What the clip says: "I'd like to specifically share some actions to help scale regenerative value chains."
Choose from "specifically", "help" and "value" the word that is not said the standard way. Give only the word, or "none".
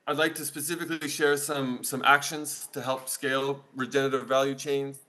none